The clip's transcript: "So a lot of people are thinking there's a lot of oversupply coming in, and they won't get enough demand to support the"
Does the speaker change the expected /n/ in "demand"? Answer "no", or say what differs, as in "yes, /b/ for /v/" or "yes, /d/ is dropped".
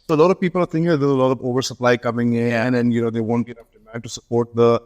yes, /n/ is dropped